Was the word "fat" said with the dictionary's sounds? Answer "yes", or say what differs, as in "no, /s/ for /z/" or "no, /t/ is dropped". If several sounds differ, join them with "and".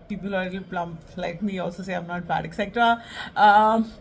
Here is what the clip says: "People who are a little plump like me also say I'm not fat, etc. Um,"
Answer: no, /p/ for /f/